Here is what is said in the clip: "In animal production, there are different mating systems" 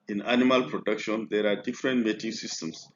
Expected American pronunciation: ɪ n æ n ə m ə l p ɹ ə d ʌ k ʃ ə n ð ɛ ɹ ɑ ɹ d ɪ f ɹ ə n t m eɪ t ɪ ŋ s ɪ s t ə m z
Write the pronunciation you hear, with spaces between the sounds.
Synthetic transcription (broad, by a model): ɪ n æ n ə m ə l p ɹ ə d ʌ k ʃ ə n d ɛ ɹ ɑ ɹ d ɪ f ɹ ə n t m eɪ t ɪ ŋ s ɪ s t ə m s